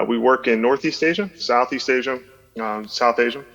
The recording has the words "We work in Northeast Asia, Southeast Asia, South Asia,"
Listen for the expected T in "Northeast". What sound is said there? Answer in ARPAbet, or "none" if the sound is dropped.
T